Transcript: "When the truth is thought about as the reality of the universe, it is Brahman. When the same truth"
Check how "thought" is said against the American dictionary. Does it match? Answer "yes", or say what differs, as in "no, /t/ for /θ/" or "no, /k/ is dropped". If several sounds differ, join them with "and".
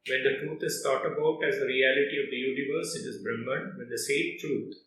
no, /s/ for /θ/